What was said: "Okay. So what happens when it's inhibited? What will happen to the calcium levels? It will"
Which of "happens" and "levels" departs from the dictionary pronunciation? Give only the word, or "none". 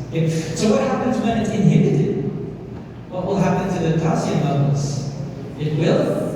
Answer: levels